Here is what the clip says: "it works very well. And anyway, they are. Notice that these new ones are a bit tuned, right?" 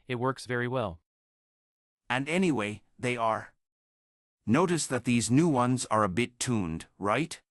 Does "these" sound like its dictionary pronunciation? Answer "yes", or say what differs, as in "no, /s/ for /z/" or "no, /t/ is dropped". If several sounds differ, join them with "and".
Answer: yes